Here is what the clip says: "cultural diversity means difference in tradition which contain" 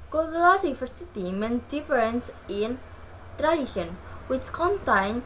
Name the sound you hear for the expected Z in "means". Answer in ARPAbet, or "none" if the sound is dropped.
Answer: none